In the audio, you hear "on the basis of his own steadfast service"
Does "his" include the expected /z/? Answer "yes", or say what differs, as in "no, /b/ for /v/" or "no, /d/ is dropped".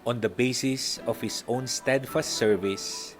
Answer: no, /s/ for /z/